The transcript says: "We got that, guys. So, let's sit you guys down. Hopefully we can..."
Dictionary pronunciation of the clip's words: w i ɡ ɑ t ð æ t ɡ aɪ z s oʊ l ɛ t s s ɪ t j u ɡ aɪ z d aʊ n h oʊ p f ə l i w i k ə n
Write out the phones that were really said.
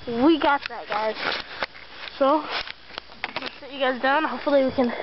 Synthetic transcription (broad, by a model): w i ɡ ɑ t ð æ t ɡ aɪ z s oʊ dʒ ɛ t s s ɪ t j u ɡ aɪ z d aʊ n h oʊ f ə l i w i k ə n